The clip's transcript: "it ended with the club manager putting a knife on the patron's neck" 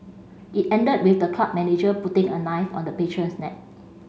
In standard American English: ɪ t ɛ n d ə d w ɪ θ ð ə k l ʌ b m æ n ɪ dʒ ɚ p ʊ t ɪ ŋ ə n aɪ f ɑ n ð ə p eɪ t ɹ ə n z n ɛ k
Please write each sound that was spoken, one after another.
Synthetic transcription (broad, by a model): ɪ t ɛ n d ə d w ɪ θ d ə k ɑ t m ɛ n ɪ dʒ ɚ p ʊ t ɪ ŋ ə n aɪ f ɑ n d ə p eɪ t ɹ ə n s n ɛ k